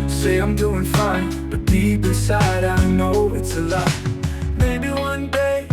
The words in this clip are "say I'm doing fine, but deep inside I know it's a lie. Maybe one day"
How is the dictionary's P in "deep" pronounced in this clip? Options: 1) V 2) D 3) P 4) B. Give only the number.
4